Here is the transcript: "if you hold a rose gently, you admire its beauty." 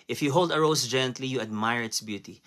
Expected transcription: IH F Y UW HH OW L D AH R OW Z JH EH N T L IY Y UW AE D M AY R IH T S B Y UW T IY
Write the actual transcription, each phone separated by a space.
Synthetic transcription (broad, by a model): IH F Y UW HH OW L D AH R OW S JH EH N T L IY Y UW AE D M AY R IH T S B Y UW T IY